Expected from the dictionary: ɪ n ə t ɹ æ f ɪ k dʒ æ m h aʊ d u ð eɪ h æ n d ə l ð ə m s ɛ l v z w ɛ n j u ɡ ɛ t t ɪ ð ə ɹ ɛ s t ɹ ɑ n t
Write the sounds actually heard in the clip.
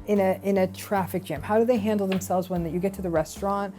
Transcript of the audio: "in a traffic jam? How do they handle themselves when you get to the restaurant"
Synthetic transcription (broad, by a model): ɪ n ə t ɹ æ f ɪ k dʒ æ m h aʊ d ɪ ð eɪ h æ n d l ð ə m s ɛ l v z w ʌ n j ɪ ɡ ɛ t t ɪ ð ə ɹ ɛ s t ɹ ɑ n t